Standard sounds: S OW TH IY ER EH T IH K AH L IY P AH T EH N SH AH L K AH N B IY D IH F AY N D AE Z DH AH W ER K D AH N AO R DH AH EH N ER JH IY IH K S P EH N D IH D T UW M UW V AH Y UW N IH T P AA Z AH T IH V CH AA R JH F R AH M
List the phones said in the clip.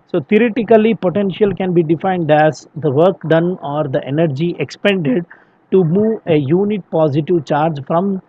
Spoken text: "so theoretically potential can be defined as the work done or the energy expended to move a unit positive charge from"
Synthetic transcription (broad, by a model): S OW T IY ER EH T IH K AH L IY P AH T EH N SH AH L K AH N B IY D IH F AY N D AE Z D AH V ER K D AH N AO R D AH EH N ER JH IY IH K S P EH N D IH D T UW M UW V AH Y UW N IH T P AA Z AH T IH V CH AA R JH F R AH M